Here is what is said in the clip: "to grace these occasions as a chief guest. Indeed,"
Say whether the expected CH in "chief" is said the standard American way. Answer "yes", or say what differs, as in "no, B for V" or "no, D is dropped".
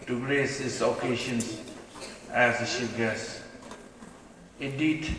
no, SH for CH